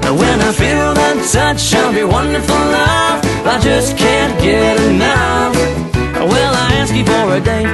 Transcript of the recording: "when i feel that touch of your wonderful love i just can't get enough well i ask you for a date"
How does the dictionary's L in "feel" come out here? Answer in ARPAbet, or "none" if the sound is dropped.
W